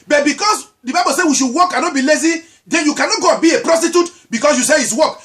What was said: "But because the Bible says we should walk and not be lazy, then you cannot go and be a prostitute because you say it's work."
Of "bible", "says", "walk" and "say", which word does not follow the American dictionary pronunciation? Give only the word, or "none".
says